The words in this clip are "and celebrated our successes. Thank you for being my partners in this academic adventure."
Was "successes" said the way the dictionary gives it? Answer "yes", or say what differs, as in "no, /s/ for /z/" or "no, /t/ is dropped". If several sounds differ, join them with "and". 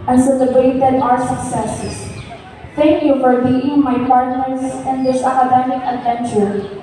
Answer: no, /s/ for /z/